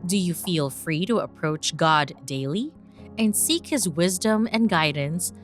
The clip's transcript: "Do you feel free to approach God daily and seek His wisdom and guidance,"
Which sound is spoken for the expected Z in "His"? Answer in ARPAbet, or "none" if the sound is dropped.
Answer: Z